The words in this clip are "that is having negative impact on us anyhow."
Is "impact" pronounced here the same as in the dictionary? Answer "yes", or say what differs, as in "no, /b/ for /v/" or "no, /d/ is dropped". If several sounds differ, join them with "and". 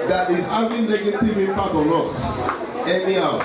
no, /m/ is dropped